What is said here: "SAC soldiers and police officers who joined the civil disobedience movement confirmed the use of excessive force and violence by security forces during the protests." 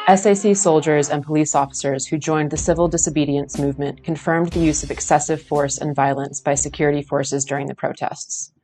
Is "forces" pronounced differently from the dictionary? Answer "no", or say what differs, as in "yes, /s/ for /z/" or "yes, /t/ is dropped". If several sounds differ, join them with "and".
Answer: no